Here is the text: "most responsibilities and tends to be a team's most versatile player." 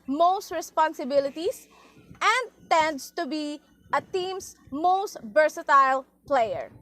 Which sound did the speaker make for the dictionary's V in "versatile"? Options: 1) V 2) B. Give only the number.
2